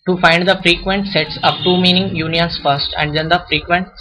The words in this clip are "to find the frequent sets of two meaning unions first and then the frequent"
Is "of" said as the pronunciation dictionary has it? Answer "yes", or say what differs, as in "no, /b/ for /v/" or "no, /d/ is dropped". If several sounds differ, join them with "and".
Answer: no, /p/ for /v/